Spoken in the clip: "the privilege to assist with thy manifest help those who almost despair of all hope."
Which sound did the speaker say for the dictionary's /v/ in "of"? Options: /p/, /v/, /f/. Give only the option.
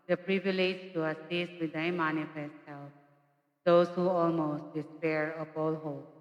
/p/